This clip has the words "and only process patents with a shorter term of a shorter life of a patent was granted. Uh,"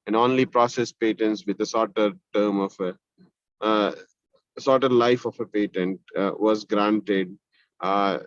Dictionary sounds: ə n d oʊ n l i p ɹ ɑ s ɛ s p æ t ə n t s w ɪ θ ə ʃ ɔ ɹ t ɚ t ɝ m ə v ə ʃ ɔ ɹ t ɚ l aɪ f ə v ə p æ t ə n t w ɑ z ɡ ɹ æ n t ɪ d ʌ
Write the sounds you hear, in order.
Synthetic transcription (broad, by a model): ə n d oʊ n l i p ɹ ɑ s ɛ s p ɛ t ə n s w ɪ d ə s ɔ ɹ t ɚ t ɝ m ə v ə s ɔ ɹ t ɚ l aɪ f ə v ə p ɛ t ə n t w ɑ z ɡ ɹ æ n t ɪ d